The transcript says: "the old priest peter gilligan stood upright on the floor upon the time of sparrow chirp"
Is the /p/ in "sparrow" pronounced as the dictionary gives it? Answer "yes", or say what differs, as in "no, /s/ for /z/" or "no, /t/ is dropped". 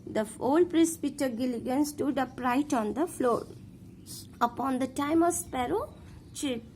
yes